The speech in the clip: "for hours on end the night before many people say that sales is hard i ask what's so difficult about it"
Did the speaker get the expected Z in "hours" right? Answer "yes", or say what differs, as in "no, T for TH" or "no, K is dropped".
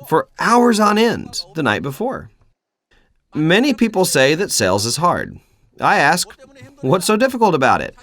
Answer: yes